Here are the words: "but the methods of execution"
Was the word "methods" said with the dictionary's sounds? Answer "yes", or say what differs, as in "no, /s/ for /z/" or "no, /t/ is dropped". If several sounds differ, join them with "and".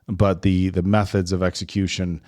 yes